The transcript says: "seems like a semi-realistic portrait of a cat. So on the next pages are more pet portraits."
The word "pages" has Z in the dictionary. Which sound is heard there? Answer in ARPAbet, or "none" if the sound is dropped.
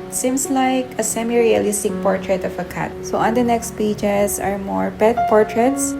S